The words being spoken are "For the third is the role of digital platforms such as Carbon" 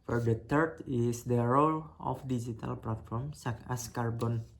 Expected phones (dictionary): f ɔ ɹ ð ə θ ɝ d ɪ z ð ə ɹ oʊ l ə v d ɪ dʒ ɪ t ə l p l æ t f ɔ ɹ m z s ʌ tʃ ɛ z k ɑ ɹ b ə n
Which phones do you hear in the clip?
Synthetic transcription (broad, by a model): f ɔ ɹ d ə t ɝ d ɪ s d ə ɹ oʊ l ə f d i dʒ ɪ t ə l p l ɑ t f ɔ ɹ m s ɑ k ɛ s k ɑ ɹ b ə n